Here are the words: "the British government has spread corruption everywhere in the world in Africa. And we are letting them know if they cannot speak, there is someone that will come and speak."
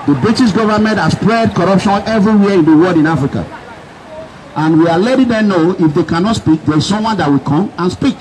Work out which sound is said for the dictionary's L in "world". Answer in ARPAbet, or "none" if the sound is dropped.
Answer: none